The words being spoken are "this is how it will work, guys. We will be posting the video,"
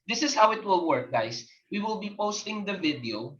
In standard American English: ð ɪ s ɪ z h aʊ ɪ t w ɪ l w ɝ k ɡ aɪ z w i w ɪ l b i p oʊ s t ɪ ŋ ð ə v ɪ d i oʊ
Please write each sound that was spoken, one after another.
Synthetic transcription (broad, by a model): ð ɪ s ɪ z h aʊ ɪ t w ɪ l w ɝ k ɡ aɪ s w i w ɪ l b i p oʊ s t ɪ ŋ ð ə v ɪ d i oʊ